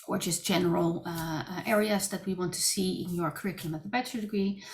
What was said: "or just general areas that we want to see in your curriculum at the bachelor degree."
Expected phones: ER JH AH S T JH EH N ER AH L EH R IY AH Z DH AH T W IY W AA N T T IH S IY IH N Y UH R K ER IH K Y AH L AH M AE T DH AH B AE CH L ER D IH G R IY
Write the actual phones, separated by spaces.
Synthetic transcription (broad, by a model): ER JH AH S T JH EH N ER L EH R IY AH Z DH AH T W IY W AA N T T IH S IY IH N Y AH R K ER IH K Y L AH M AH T DH AH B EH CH ER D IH G R IY